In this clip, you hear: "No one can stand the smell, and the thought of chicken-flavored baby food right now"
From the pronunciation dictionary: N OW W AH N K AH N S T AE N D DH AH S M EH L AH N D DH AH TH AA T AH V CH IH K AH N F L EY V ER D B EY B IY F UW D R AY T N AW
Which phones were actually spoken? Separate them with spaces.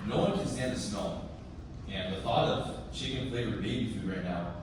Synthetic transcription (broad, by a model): N OW W AH N K AH N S T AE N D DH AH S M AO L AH N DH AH TH AA T AH V SH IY K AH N P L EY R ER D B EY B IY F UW R AY T N AW